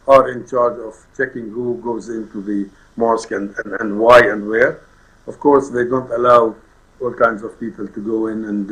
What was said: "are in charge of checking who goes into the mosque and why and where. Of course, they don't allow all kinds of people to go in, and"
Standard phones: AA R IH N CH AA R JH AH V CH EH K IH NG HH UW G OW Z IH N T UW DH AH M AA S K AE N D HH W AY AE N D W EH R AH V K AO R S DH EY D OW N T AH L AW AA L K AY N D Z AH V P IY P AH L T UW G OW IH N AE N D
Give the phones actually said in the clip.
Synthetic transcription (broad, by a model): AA R IH N CH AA R JH AH V CH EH K IH NG HH UW G OW Z IH N T UW DH AH M AA S K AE N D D W AY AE N D W EH R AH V K AO R S DH EY D OW N T AH L AW AA L K AY N D Z AH V P IY P AH L T UW G OW IH N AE N D